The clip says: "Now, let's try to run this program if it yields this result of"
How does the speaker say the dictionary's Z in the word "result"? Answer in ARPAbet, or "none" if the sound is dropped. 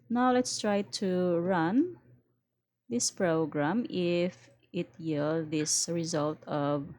Z